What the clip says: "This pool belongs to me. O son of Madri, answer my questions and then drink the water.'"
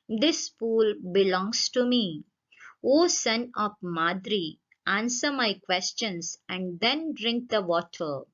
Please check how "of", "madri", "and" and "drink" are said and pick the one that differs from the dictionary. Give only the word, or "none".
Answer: of